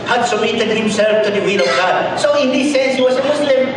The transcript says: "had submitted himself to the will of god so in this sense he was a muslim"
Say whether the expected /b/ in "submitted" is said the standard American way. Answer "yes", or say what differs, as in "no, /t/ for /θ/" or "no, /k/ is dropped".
no, /b/ is dropped